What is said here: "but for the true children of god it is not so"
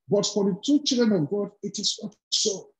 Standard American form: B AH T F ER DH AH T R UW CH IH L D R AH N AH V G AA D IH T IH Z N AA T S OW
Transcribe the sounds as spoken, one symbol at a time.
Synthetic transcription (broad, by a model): B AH T F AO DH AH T UW CH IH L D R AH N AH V G AA D IH T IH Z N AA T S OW